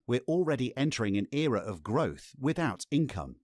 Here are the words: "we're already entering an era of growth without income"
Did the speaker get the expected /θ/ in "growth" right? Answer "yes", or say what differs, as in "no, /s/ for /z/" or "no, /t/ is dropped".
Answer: yes